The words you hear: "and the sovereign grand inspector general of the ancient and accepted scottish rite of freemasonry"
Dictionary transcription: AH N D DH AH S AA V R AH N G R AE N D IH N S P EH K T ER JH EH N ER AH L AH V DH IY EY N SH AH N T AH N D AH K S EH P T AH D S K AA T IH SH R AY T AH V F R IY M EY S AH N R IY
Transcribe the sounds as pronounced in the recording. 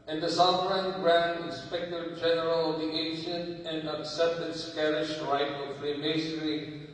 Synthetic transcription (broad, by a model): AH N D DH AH S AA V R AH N G R AE N D IH N S P EH K T ER JH EH N ER AH L AH V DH IY EY N SH AH N T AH N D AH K S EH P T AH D S K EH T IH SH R AY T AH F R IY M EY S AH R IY